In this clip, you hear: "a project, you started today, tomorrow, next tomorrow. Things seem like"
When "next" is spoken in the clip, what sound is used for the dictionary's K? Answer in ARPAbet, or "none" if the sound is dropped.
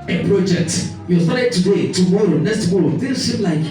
none